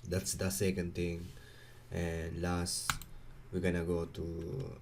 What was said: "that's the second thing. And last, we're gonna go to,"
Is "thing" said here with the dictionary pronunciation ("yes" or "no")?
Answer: no